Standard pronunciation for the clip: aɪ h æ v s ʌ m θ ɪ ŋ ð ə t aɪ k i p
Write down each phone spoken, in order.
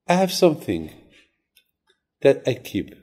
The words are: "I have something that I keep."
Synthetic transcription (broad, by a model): aɪ h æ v s ʌ m θ ɪ ŋ ð ə t aɪ k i p